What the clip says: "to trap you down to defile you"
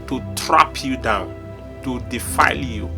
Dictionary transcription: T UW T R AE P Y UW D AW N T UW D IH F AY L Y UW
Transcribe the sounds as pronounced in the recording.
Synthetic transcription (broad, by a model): T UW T R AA P Y UW D AW N T UW D IH F AY L Y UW